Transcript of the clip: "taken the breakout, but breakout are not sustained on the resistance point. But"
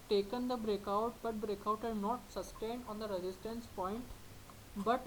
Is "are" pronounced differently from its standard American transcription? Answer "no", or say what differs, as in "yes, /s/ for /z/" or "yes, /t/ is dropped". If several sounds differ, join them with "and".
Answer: yes, /l/ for /ɹ/